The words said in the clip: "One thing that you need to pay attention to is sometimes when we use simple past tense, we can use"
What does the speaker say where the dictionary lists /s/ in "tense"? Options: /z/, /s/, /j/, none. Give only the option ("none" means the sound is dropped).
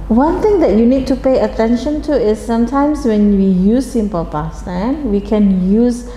none